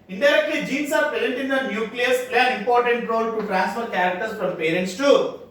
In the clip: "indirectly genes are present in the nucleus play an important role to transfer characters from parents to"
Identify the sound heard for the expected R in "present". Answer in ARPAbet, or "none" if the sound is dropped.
none